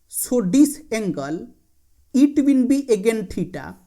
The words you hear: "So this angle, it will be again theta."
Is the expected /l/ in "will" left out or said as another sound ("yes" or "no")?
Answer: yes